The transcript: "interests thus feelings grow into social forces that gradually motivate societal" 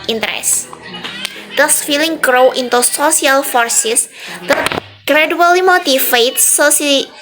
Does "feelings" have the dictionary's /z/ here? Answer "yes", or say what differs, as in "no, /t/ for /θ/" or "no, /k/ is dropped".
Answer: no, /z/ is dropped